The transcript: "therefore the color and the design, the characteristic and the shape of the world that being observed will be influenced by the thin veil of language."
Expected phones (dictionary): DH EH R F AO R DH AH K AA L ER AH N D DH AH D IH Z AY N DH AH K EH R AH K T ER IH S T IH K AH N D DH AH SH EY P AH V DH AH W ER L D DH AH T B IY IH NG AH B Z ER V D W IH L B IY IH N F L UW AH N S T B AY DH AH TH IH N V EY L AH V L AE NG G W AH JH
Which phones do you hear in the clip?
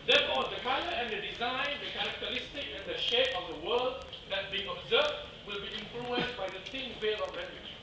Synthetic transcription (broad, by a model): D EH F AO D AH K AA ER AH N D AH D IH Z AY N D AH K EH R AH K T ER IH S T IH K AH N D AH SH EY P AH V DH AH W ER L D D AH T B IY IH NG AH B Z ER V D W IH L B IY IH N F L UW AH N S B AY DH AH T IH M V EY L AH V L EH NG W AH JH